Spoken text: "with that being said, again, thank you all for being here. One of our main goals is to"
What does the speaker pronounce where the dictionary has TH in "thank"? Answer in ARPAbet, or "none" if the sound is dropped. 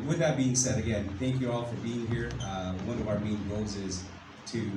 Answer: TH